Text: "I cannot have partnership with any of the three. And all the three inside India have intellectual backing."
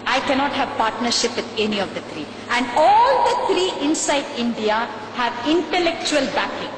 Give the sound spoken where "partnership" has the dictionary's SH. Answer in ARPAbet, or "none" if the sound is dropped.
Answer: SH